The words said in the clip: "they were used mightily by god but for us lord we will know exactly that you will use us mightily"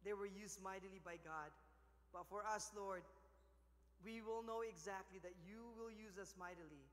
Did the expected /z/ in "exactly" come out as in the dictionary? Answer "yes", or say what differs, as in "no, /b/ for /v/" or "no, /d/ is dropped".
yes